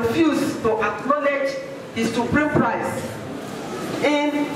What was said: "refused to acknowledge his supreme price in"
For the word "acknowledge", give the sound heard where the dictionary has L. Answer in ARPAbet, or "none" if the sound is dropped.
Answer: L